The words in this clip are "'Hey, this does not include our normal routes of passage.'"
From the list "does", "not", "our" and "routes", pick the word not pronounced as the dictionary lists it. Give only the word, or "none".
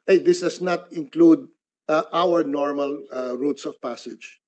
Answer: does